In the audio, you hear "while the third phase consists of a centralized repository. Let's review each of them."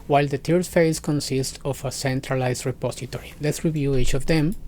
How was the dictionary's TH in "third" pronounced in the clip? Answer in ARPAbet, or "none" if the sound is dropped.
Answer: T